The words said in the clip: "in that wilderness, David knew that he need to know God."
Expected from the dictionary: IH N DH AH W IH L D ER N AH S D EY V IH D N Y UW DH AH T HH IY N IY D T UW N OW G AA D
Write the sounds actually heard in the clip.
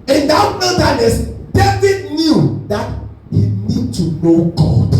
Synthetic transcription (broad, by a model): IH N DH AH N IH D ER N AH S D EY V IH D N Y UW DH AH T HH IY N IY D T UW N OW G AA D